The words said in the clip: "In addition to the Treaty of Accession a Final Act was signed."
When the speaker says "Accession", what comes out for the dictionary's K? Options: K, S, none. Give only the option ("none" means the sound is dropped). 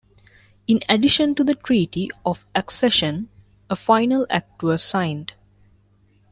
K